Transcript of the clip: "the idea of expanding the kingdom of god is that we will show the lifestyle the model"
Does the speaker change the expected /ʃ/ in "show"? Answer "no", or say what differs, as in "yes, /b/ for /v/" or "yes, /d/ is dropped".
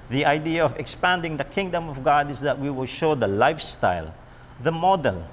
no